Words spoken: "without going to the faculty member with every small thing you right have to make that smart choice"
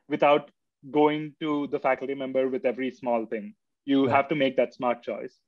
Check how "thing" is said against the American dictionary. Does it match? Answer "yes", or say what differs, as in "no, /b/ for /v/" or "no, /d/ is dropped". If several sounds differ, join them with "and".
no, /t/ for /θ/